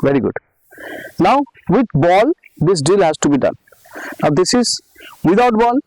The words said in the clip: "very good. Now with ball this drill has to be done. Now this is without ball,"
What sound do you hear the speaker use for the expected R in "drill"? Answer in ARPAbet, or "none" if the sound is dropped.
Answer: none